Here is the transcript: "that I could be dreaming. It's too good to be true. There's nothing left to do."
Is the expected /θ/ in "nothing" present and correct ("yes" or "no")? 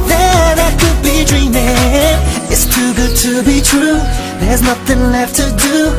yes